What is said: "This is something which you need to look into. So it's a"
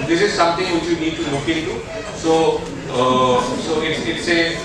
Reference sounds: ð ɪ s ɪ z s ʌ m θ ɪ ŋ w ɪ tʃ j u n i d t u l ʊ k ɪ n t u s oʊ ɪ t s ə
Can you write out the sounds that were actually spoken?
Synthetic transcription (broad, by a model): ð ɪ s ɪ z s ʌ m t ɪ ŋ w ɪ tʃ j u n i d t u l ʊ k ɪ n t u s oʊ ɪ t s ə